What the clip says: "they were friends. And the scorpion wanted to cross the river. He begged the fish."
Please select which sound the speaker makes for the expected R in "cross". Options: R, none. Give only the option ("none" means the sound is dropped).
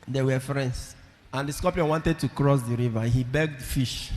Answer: R